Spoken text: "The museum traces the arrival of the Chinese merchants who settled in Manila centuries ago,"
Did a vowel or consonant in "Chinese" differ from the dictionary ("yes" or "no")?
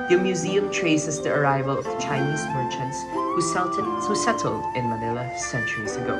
no